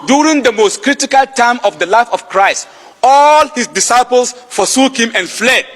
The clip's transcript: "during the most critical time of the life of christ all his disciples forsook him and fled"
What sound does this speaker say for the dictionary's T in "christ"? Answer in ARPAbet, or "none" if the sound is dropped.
T